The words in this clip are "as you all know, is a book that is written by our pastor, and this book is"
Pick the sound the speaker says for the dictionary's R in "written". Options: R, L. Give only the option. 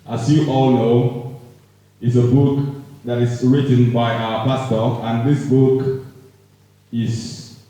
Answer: R